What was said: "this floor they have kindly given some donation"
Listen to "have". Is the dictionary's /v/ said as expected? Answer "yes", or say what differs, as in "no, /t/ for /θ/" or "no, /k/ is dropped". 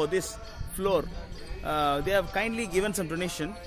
yes